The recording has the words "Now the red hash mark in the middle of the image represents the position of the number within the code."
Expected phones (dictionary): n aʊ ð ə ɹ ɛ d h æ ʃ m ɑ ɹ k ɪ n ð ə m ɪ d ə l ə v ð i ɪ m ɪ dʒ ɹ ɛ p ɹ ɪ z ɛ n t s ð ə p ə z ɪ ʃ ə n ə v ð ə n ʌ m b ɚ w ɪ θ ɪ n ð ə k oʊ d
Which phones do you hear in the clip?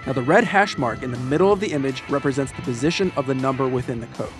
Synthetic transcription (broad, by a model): n aʊ ð ə ɹ ɛ d h æ ʃ m ɑ ɹ k ɪ n ð ə m ɪ d l ə v ð i ɪ m ɪ dʒ ɹ ɛ p ɹ ɪ z ɛ n t s ð ə p ə z ɪ ʃ ə n ə v ð ə n ʌ m b ɚ w ɪ θ ɪ n ð ə k oʊ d